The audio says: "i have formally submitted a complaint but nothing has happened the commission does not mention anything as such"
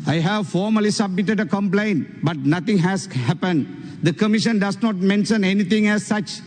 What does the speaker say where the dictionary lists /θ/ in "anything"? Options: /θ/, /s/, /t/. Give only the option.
/t/